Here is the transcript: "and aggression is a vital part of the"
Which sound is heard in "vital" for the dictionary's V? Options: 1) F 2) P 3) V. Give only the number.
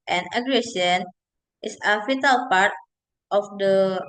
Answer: 1